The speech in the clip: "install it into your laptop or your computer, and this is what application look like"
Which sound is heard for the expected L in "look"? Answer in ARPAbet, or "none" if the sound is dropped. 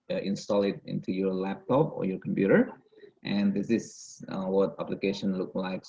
L